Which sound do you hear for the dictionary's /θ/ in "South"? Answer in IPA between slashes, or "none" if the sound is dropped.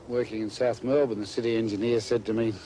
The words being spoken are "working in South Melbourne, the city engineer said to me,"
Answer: /θ/